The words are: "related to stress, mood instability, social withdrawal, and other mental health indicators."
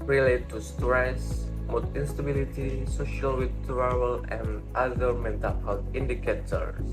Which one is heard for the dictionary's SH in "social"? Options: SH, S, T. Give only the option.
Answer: SH